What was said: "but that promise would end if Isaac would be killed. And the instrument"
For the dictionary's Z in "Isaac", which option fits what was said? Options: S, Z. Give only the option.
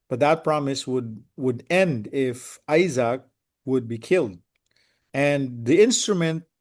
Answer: Z